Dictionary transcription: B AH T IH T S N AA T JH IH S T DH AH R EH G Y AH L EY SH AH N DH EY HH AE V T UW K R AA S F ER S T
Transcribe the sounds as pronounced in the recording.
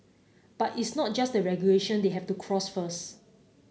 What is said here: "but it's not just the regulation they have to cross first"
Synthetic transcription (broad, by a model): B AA T IH T S N AA T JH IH S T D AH R EH G Y AH L EY SH AH N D EY HH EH F T UW K R AA S F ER S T